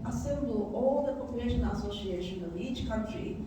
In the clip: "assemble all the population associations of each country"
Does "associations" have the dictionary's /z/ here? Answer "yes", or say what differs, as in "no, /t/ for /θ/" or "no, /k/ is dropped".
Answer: no, /z/ is dropped